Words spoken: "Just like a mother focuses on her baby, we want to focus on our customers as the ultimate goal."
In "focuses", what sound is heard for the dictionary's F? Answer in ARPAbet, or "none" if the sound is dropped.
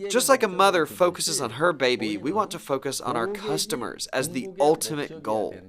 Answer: F